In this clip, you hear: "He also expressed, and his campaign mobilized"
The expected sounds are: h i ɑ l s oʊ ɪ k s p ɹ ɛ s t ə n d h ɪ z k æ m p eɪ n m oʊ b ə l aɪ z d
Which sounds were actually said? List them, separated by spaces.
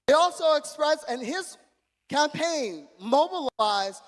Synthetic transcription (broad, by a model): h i ɑ l s oʊ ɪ k s p ɹ ɛ s ə n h ɪ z k æ m p eɪ n m oʊ b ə l aɪ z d